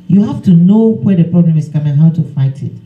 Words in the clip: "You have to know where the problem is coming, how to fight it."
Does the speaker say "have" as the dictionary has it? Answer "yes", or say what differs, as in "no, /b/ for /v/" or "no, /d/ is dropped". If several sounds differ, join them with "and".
no, /f/ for /v/